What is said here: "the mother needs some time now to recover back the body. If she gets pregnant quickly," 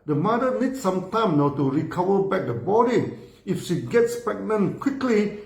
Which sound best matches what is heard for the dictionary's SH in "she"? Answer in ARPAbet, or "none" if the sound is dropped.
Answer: SH